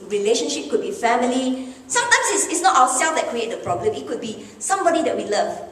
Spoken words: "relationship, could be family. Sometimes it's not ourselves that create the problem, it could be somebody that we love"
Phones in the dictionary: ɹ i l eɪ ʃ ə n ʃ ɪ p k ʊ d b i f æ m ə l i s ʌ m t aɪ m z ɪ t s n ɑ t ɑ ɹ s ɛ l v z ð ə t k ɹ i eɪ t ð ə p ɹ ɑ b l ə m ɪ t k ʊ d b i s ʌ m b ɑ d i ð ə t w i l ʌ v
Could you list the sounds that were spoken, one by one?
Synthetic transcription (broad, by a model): ɹ i l eɪ ʃ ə n ʃ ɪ p k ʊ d b i f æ m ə l i s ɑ m t aɪ m s ɪ t s n ɑ t ɑ w s ɛ l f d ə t k ɹ i eɪ t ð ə p ɹ ɑ b l ə m ɪ t k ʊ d b i s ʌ m b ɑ d i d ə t w i l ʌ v